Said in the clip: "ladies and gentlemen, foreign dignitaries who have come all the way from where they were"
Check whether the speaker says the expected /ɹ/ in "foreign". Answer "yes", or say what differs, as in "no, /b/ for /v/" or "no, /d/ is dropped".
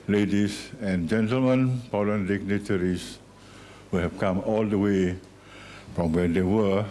no, /l/ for /ɹ/